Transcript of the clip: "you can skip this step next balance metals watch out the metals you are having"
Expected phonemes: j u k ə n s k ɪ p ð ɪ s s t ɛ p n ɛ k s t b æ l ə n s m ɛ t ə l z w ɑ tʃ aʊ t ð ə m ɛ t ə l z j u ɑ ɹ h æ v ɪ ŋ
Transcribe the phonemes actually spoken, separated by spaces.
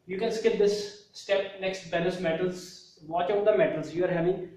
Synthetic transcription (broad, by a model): j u k ə n s k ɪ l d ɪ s s t ɛ p n ɛ k s t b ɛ n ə s m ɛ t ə l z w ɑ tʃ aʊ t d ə m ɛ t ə l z j u ɑ ɹ h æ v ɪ